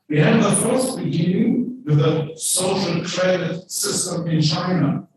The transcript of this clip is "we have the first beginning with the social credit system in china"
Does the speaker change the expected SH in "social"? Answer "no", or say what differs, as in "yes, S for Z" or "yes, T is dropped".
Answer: no